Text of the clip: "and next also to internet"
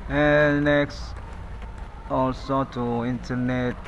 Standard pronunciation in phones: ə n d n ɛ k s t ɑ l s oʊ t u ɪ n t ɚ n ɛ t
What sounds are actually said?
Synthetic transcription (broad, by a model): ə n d n ɛ k s t ɑ l s oʊ t u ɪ n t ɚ n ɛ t